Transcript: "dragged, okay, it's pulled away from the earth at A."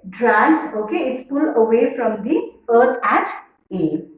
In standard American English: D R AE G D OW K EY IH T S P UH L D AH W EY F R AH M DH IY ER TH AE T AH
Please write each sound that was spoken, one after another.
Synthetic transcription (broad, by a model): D R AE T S OW K EY IH T S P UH L AH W EY F R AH M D IY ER T AE T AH